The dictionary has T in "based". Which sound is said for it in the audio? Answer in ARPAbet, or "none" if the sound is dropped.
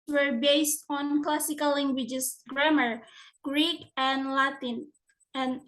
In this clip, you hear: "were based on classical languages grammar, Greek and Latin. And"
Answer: T